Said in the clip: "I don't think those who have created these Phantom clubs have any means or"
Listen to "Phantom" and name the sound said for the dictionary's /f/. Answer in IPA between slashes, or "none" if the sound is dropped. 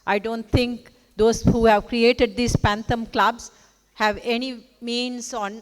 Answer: /p/